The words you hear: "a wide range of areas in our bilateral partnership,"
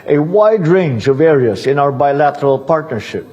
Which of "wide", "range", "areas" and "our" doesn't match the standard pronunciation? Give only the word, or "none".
none